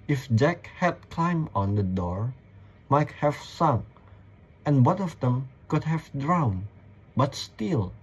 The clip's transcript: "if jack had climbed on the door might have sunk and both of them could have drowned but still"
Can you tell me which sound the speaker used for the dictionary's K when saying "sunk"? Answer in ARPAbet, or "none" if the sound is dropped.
none